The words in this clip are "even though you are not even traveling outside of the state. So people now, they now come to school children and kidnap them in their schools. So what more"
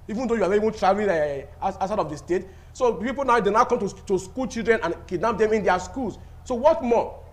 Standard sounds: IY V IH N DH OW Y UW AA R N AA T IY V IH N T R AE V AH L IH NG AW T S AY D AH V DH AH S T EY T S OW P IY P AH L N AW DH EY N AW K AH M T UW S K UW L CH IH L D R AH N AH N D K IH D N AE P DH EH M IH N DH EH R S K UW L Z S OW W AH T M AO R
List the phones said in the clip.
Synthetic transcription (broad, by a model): IY V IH N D OW Y UW AA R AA IY V IH N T R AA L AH N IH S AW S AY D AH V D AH S T EY T S OW P IY P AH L N AW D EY N AW K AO M T UW S K UW L CH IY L D R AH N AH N K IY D N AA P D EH M IH N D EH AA S K UW L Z S OW W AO T M AO